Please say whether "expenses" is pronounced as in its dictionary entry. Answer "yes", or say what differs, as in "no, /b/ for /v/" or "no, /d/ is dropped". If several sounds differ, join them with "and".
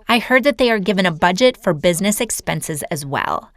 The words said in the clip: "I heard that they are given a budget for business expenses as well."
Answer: yes